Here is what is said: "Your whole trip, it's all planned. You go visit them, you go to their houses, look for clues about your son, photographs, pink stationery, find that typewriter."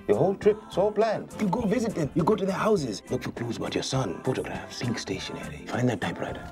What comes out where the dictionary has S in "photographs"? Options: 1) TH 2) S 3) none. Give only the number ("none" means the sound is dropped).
3